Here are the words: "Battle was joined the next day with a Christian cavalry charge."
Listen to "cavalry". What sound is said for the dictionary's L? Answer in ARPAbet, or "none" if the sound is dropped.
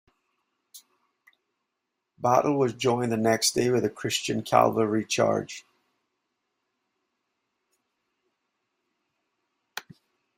none